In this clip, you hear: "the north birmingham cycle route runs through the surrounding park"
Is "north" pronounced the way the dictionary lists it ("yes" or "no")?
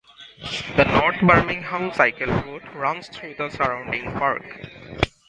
no